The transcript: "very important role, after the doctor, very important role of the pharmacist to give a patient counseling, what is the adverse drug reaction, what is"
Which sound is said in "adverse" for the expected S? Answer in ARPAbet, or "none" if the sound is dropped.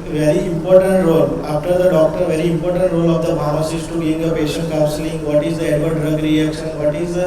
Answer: none